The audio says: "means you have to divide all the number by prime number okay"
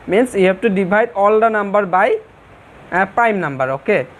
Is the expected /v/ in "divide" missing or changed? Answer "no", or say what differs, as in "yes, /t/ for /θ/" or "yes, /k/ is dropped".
yes, /b/ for /v/